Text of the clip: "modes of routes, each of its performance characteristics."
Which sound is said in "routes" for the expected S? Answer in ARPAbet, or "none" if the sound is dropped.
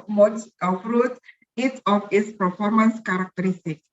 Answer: none